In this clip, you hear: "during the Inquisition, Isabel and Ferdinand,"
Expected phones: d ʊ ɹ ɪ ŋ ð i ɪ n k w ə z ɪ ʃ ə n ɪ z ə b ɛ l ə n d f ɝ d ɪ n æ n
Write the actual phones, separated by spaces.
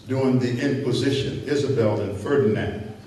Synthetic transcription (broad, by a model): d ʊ ɪ ŋ ð i ɪ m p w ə z ɪ ʃ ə n ɪ z ə b ɛ l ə n f ɝ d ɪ n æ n